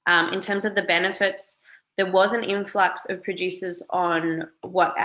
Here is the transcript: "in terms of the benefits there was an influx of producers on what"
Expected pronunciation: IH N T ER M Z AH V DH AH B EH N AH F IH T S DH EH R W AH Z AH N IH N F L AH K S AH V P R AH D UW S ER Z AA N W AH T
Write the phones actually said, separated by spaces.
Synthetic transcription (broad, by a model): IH N T ER M Z AH V DH AH B EH N AH F IH T S DH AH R W AH Z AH N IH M F L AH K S AH V P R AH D UW S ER Z N W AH T